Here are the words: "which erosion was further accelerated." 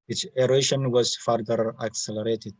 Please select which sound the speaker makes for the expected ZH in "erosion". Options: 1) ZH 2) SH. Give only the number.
2